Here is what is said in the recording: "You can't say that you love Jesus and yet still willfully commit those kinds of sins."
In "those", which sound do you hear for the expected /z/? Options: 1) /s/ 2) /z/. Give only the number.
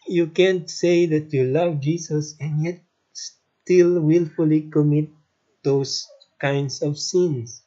1